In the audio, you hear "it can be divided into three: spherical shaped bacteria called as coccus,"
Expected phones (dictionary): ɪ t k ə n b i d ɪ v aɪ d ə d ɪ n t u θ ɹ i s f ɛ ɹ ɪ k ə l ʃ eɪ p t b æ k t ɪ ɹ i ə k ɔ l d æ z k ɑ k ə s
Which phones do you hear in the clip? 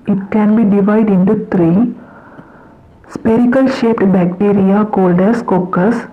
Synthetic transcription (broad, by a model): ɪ t k ə n b i d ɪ v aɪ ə d ɪ n t u t ɹ i s p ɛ ɹ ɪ k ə l ʃ eɪ p t b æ k t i ɹ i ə k ɔ l d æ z k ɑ k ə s